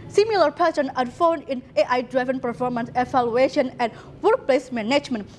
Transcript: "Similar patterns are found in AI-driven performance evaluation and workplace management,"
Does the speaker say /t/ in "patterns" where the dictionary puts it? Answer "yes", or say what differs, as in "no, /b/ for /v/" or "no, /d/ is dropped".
no, /s/ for /t/